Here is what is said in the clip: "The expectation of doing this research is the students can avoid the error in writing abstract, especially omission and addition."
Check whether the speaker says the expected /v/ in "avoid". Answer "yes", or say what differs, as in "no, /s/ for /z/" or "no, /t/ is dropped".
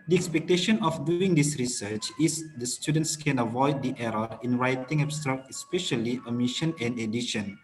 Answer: yes